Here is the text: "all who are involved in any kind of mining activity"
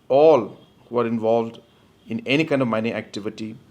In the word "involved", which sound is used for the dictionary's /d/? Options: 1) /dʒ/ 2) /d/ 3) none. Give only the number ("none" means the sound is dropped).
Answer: 2